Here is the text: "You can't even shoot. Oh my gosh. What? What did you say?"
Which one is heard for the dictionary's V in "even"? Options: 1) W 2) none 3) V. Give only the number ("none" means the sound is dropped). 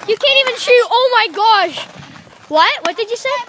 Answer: 3